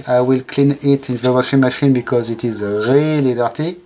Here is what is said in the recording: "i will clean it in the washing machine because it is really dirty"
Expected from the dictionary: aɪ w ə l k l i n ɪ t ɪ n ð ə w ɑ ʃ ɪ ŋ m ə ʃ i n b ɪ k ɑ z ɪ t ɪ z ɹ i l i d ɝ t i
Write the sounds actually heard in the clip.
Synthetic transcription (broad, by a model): aɪ w ə l k l i n ɪ t ɪ n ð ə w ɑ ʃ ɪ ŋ m ə ʃ i n b ɪ k ɑ z ɪ t ɪ z ɹ i l i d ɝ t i